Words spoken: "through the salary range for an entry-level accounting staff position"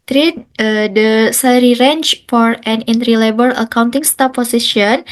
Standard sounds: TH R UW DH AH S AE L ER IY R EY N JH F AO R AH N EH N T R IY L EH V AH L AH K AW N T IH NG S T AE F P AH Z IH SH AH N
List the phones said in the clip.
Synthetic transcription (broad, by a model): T R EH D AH S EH L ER IY R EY N CH F AO R AH N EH N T R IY L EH B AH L AH K AW N T IH NG S T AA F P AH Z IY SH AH N